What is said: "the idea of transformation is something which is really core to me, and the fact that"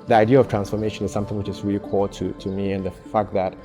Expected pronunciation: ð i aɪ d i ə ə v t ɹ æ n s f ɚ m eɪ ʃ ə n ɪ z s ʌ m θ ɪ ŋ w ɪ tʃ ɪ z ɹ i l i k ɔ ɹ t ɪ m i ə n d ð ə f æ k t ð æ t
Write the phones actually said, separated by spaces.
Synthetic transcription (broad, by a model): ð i aɪ d i ə ə v t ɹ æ n s f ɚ m eɪ ʃ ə n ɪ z s ʌ m θ ɪ ŋ w ɪ tʃ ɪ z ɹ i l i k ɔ l t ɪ m i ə n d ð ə f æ k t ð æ t